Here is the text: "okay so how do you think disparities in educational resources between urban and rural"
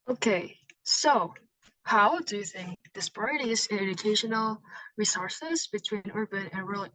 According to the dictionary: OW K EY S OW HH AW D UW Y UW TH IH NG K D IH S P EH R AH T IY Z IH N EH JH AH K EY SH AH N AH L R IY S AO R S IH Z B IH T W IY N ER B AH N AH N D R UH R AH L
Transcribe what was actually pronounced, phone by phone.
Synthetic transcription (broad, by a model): OW K EY S OW HH AW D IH Y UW TH IH NG K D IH S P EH R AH T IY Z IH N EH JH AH K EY SH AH N L R IY S AO R S IH Z B IH T W IY N ER B AH N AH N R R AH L